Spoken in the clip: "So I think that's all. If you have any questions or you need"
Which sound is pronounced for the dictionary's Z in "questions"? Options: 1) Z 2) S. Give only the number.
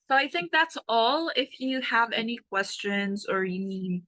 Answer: 1